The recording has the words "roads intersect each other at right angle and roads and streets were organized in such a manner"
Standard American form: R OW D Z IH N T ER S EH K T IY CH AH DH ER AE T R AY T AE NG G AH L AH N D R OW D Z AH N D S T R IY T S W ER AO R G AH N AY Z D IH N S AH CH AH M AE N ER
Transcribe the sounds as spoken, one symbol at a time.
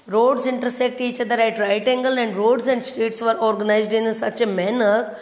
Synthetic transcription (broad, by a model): R OW D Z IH N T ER S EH K T IY CH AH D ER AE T R AY T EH NG G AH L AH N D R OW D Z AH N D S T R IY T S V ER AO R G AH N AY Z D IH N S AH CH AH M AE N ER